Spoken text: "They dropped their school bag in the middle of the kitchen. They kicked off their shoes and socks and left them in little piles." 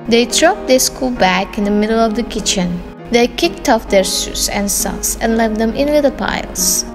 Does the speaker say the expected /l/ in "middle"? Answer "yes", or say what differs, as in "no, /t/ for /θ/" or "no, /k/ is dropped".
yes